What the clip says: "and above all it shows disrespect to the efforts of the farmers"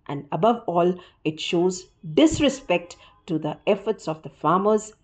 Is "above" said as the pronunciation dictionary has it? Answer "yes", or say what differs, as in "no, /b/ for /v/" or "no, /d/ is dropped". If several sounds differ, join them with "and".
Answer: yes